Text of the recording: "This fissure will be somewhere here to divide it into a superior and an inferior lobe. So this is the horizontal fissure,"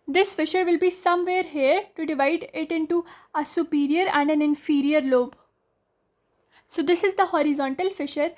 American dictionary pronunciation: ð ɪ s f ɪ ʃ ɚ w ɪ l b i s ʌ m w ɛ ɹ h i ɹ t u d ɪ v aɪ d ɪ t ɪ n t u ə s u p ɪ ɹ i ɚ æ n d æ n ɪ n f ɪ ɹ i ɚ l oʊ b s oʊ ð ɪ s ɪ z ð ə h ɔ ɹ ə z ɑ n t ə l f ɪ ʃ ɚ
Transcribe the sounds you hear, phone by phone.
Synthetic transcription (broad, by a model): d ɪ s f ɪ ʃ ɚ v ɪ l b i s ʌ m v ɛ ɹ h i ɹ t u d ɪ v aɪ d ɪ t ɪ n t u ə s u p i ɹ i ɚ æ n d æ n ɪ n f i ɹ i ɚ l oʊ b s oʊ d ɪ s ɪ z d ə h ɔ ɹ ə z ɑ n t ə l f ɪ ʃ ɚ